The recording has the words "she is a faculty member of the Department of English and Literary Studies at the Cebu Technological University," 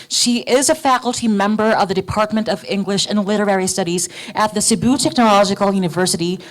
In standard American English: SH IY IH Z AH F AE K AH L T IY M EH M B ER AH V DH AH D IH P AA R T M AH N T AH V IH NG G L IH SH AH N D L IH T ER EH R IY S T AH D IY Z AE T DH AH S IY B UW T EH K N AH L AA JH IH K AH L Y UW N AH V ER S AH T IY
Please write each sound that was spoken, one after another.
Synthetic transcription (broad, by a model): SH IY IH Z AH F AE K L T IY M EH M B ER AH V DH AH D IH P AA R T M AH N T AH V IH NG G L IH SH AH N L IH T ER EH R IY S T AH D IY Z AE T DH AH S IY B UW T EH K N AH L AA JH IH K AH L Y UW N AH V ER S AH T IY